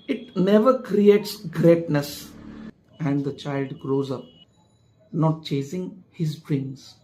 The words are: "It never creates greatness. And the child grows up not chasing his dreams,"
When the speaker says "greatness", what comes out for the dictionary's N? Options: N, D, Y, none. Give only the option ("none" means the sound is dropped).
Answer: N